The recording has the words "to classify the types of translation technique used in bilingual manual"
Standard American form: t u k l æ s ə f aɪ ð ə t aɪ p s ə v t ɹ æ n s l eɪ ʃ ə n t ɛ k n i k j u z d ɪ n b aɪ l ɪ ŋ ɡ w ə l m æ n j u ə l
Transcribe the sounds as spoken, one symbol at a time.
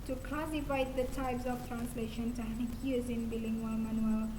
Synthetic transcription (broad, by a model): t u k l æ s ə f aɪ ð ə t aɪ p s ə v t ɹ æ n s l eɪ ʃ ə n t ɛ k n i k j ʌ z ɪ n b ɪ l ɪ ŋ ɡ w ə m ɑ n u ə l